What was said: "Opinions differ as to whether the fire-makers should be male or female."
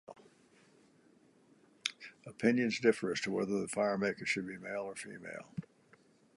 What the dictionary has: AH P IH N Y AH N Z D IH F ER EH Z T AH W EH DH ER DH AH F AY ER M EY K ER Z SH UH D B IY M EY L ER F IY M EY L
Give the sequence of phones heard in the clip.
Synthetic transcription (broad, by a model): AH P IH N Y AH N Z D IH F ER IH S T AH W EH DH ER DH AH F AY ER M EY K ER SH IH D B IY M EY L ER F IY M EY L